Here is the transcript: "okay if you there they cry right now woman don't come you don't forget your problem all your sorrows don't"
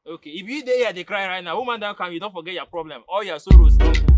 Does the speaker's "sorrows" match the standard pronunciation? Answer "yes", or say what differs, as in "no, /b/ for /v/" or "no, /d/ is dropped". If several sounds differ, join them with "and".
no, /z/ is dropped